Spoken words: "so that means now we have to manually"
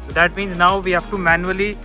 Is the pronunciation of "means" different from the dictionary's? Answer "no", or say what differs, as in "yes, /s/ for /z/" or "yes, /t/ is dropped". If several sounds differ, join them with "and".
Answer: no